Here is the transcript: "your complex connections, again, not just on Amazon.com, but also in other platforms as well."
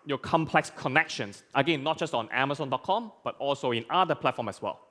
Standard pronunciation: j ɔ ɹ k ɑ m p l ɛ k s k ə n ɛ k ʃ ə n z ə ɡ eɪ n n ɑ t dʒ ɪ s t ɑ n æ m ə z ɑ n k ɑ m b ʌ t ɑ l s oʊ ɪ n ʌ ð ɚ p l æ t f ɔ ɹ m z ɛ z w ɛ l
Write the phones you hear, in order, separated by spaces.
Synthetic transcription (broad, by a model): j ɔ k ɑ m p l ɛ k s k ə n ɛ k ʃ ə n s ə ɡ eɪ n n ɑ t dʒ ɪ s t ɑ n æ m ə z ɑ n k ɑ m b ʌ t ɑ l s oʊ ɪ n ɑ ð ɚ p l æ t f ɔ m ɛ s w ɛ l